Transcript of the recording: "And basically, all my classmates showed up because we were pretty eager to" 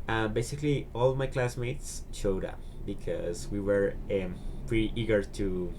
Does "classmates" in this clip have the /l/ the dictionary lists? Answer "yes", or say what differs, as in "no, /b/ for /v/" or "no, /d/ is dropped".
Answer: yes